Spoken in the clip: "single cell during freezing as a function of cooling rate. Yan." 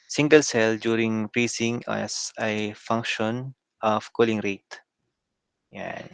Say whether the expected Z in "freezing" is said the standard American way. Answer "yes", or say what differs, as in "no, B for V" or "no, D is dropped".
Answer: no, S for Z